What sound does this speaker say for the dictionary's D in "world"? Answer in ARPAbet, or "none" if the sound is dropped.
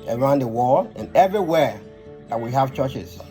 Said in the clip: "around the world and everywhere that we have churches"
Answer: none